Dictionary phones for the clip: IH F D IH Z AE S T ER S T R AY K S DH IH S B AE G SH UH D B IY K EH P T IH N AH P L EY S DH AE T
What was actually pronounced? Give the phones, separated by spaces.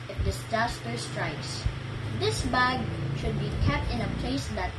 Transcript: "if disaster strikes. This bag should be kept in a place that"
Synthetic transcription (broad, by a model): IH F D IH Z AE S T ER S T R AY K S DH IH S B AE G SH UH D B IY K EH P T IH N AH P L EY S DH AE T